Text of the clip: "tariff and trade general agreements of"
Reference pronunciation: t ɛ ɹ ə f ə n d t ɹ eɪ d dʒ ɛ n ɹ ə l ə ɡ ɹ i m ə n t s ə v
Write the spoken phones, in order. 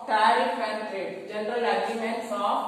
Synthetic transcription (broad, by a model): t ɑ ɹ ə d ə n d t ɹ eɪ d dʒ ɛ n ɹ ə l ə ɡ i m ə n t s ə